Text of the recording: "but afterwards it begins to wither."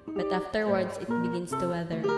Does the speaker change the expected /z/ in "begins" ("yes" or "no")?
yes